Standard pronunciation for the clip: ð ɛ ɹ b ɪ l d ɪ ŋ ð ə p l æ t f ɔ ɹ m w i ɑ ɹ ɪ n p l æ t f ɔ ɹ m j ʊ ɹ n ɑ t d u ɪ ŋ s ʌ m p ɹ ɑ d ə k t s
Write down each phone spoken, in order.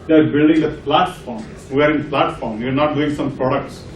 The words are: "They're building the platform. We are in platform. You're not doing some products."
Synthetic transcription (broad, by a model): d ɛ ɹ b ɪ l d ɪ ŋ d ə p l æ t f ɔ ɹ m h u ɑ ɹ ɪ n p l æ t f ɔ ɹ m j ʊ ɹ n ɑ t d u ɪ ŋ s ʌ m p ɹ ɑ d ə k t s